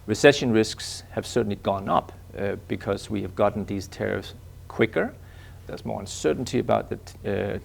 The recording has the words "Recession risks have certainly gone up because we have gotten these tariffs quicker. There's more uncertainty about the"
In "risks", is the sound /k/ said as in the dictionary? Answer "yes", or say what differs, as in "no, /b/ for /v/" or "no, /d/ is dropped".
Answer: yes